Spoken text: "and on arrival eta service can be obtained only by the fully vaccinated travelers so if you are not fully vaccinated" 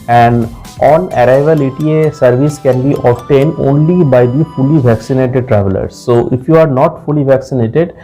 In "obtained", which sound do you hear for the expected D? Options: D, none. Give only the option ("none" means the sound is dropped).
D